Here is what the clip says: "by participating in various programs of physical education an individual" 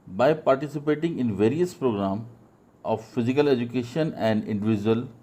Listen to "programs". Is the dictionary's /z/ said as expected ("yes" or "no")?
no